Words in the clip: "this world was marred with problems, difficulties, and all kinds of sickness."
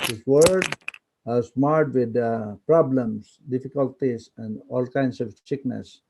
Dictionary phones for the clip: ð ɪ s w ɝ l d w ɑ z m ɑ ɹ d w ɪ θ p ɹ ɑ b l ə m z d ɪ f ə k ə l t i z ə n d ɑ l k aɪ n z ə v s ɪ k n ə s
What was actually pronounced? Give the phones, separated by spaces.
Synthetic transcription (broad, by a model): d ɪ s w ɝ d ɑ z m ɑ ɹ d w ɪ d p ɹ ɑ b l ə m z d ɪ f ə k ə l t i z ə n d ɑ l k aɪ n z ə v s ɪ k n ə s